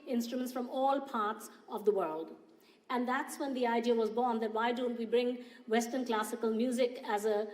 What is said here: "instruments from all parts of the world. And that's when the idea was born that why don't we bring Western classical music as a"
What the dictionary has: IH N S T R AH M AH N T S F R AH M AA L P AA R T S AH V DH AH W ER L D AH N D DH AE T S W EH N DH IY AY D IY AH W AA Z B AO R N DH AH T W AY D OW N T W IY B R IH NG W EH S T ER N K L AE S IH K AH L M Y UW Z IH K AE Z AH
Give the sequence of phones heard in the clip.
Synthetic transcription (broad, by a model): IH N S T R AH M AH N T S F R AH M AA L P AA R T S AH V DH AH W ER L D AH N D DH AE T S W EH N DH IY AY D IY AH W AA Z B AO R N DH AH T W AY D OW N T W IY B R IH NG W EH S T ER N K L AE S IH K AH L M Y UW Z IH K AE Z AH